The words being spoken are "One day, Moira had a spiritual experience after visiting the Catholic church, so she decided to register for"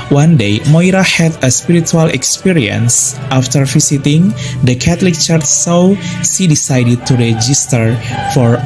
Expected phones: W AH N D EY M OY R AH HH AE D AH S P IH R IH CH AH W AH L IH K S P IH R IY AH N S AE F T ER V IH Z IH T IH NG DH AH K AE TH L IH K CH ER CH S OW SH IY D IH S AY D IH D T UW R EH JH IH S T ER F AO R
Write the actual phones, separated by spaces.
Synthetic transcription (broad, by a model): W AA N D EY M OY R AH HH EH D AH S P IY R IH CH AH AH L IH K S P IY R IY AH N S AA F T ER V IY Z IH T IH NG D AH K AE T L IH K CH ER CH S OW S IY D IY S AY D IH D T UW R EH JH IH S T ER F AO R